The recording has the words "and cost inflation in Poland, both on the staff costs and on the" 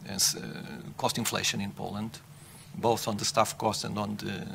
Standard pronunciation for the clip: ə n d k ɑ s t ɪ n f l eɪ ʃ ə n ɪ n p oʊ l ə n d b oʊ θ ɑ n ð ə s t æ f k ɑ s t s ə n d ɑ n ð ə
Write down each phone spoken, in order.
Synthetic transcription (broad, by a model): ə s k ɑ s t ɪ n f l eɪ ʃ ə n ɪ n p oʊ l ə n d b oʊ θ ɑ n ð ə s t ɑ f k ɑ s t ə n d ɑ n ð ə